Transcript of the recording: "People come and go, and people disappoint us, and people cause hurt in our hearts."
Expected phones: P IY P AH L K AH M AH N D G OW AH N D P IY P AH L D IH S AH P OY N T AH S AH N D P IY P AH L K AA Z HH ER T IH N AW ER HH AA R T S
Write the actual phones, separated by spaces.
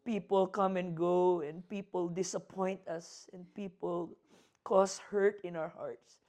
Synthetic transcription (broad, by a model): P IY P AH L K AH M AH N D G OW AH N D P IY P AH L D IH S AH P OY N T AH S AH N D P IY P AH L K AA S HH ER T IH N AW ER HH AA R T S